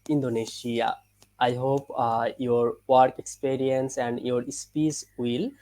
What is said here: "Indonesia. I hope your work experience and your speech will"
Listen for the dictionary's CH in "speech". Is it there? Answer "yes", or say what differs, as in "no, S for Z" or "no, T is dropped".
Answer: no, S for CH